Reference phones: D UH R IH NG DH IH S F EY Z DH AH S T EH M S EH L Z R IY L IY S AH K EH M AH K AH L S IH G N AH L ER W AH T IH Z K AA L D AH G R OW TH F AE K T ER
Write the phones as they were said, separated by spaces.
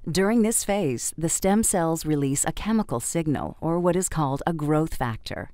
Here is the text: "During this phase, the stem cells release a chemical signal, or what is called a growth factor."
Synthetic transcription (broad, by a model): D UH R IH NG DH IH S F EY Z DH AH S T EH M S EH L Z R IY L IY S AH K EH M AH K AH L S IH G N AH L ER W AH T IH Z K AA L D AH G R OW TH F AE K T ER